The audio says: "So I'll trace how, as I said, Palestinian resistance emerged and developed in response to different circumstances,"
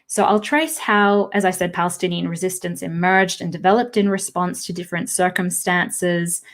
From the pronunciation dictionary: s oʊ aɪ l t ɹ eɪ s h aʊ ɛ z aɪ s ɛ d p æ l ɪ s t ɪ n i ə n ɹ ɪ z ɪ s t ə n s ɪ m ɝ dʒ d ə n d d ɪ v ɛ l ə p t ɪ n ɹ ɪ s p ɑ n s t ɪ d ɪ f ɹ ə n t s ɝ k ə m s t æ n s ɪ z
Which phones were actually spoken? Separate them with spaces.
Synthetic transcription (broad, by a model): s oʊ aɪ l t ɹ eɪ s h aʊ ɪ z aɪ s ɛ d p æ l ɪ s t ɪ n i ə n ɹ ɪ z ɪ s t ə n s ɪ m ɝ dʒ d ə n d d ɪ v ɛ l ə p t ɪ n ɹ ɪ s p ɑ n s t ɪ d ɪ f ɹ ə n t s ɝ k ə m s t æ n s ɪ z